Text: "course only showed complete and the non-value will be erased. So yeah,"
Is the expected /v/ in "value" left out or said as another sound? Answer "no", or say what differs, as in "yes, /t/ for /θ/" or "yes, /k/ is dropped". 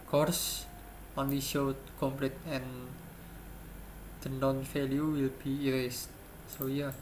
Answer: yes, /f/ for /v/